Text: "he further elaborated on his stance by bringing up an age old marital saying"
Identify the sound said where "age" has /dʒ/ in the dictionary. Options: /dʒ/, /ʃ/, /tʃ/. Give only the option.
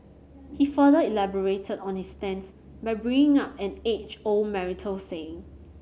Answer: /tʃ/